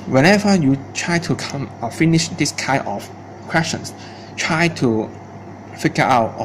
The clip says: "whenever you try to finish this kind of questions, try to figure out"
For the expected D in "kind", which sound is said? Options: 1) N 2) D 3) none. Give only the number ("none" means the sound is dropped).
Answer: 3